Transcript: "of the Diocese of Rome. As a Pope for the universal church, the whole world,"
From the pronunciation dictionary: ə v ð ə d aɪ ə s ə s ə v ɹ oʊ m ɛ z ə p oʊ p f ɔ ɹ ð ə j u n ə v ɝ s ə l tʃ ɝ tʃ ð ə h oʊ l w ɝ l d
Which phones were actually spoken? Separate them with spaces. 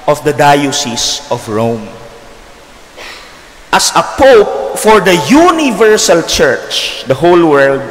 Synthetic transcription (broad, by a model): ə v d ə d aɪ ə s ə s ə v ɹ oʊ m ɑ s ə p oʊ p f ɔ ɹ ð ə j u n ə v ɝ s ə l tʃ ɝ tʃ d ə h oʊ l w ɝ l d